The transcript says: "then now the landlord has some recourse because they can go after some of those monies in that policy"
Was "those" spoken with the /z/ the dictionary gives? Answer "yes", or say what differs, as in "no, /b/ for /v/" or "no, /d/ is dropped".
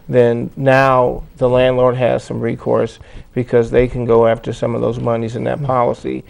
yes